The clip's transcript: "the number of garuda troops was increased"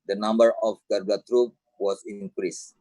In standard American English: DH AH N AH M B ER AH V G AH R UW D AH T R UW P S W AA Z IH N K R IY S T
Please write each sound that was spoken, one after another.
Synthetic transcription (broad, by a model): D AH N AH M B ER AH F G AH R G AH T R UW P W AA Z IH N K R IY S